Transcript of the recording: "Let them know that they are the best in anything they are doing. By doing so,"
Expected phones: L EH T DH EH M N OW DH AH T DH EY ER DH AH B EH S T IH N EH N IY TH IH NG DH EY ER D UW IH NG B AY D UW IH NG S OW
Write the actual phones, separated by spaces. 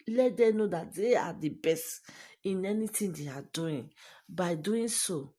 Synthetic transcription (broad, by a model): L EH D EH N OW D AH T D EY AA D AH B EH S T IH N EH N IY T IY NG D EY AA D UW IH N B AY D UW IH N S OW